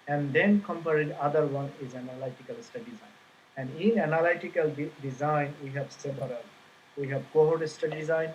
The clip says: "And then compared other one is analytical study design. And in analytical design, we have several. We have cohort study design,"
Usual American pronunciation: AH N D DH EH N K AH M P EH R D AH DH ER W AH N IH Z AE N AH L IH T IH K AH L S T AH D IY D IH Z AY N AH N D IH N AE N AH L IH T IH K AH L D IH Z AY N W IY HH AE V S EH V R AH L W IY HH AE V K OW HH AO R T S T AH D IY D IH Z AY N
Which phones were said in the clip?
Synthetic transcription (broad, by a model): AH N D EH N K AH M P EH R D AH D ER W AH N IH Z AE N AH L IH T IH K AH L S T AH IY D IH Z AY N AH N D IH N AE N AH L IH T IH K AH L D IH Z AY N W IY HH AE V S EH B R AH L W IY HH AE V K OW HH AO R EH S T AH D IY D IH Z AY N